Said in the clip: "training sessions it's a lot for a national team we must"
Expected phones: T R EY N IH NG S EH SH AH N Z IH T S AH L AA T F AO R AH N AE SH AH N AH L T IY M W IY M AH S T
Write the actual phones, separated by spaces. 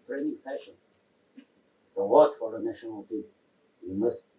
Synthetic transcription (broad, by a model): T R EY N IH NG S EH SH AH N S AH W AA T F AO R AH N AE SH AH N AH L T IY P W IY M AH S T